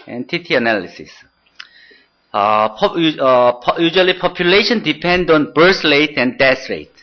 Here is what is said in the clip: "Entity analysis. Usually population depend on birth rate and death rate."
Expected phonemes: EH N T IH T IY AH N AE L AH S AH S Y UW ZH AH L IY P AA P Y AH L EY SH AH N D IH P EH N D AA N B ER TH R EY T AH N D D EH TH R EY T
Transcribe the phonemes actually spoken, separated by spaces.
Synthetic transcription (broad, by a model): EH N T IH T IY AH N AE L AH S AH S Y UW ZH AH L IY P AA P Y AH L EY SH AH N D IH P EH N D AA N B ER S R EY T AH N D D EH S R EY T